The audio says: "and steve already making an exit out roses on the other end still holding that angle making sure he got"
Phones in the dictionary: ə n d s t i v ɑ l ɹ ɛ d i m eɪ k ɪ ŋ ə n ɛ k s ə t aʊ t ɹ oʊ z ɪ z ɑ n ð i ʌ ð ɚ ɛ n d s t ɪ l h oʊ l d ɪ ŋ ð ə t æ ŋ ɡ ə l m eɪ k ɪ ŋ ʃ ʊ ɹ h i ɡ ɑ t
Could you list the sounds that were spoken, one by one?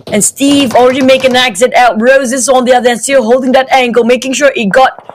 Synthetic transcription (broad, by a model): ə n s t i v ɑ l ɹ ɛ d i m eɪ ɪ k ə n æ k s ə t aʊ t ɹ oʊ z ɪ s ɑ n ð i ʌ ð ɚ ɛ n s t ɪ l h oʊ l d ɪ ŋ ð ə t æ ŋ ɡ ə l m eɪ k ɪ ŋ ʃ ʊ ɹ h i ɡ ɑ t